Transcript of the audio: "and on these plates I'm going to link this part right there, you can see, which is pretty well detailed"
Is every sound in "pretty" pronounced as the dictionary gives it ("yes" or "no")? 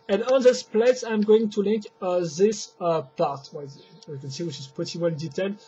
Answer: no